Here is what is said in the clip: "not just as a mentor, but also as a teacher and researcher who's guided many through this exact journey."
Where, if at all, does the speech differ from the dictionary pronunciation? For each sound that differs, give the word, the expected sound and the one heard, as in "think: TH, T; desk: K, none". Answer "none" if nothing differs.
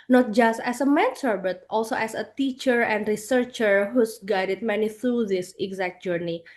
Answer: as: Z, S; mentor: T, S; as: Z, S; who's: Z, S